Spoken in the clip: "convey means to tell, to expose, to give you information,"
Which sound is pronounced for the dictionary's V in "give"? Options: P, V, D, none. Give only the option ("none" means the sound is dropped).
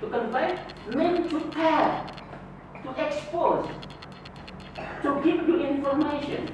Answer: P